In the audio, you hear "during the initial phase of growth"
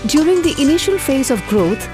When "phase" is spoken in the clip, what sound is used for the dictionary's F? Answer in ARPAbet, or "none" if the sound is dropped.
F